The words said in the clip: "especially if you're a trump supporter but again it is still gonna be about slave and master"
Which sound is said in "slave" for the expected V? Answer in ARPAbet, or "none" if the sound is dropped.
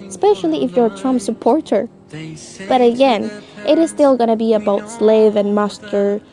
V